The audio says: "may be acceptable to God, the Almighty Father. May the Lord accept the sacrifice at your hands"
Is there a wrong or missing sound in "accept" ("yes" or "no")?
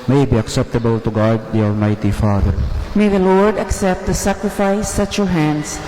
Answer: no